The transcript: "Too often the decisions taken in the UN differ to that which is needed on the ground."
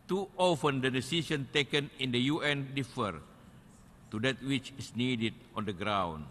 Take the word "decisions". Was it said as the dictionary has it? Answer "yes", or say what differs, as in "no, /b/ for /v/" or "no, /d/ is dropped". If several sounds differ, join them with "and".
no, /s/ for /ʒ/ and /z/ is dropped